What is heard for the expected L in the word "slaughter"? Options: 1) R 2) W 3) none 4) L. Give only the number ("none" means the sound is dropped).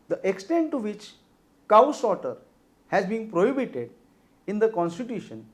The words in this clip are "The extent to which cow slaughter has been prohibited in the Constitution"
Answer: 3